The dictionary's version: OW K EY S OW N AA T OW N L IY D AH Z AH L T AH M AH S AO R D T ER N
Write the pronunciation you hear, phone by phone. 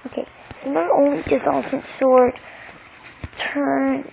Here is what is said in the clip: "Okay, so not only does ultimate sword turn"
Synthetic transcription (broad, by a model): OW K EY S OW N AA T OW N L IY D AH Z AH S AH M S AO R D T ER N